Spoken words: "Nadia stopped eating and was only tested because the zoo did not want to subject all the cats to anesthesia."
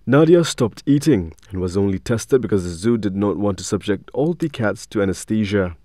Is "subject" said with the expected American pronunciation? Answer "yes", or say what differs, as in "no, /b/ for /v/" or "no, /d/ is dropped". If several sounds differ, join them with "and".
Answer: yes